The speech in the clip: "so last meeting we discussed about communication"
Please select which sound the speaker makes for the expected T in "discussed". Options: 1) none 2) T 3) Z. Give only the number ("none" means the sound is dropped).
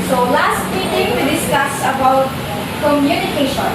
1